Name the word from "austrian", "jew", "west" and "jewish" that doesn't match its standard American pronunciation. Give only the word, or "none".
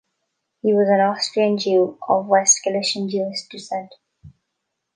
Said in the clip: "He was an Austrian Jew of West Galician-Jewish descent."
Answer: jewish